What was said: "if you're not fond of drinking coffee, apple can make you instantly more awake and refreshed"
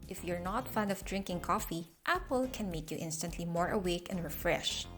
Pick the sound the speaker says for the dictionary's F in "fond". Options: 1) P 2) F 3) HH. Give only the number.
2